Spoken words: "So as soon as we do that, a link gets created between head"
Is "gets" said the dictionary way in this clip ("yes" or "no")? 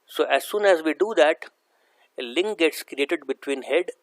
yes